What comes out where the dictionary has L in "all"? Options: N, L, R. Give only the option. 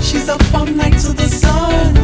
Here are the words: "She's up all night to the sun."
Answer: N